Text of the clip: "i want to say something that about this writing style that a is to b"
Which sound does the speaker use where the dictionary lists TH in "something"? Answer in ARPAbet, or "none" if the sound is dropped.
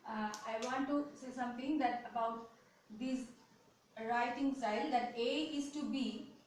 T